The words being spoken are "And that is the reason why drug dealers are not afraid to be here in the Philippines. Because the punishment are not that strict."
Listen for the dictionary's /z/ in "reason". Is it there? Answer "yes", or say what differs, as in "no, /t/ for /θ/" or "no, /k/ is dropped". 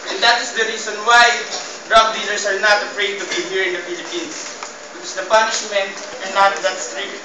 no, /s/ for /z/